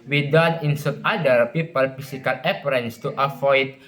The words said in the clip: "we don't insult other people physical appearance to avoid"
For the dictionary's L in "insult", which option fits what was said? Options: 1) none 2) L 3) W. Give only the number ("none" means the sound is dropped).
1